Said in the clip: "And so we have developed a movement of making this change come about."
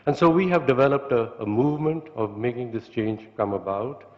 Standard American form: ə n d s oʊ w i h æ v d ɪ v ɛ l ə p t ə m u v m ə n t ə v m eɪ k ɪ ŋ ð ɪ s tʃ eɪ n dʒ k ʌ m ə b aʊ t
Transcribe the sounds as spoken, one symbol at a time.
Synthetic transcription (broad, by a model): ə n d s oʊ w i h æ v d ɪ v ɛ l ə p t ə m u v m ə n t ə v m eɪ k ɪ ŋ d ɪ s tʃ eɪ n dʒ k ʌ m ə b aʊ t